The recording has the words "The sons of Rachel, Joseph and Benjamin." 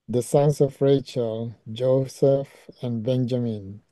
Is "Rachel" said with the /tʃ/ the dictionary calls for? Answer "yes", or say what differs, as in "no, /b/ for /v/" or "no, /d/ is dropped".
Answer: yes